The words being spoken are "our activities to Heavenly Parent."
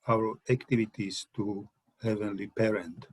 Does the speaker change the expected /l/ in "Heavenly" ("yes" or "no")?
no